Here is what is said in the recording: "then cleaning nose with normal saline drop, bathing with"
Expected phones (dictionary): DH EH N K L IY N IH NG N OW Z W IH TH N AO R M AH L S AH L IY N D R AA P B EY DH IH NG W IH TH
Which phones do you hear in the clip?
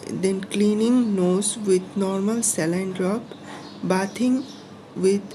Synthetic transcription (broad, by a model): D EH N K L IY N IH NG N OW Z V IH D N AO R M AH L S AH L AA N D R AA P B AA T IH NG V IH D